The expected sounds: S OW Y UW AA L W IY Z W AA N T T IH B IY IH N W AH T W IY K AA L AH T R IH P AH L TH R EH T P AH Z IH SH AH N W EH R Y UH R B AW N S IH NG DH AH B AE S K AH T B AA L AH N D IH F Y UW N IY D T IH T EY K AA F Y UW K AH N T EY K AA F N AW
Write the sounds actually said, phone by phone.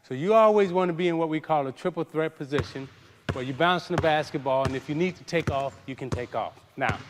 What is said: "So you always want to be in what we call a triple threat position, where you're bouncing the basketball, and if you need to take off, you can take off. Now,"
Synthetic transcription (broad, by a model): S OW Y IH AA L W IY Z W AA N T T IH B IY IH N W AH T W IY K AA L AH T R IH P L TH R EH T P AH Z IH SH AH N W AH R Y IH B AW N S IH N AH B AE S K AH T B AA L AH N IH F Y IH N IY D T IH T EY K AA F Y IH K AH N T EY K AA F N AW